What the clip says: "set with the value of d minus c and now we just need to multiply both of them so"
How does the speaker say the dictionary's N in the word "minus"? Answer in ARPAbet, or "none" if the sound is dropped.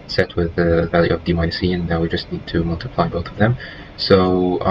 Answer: none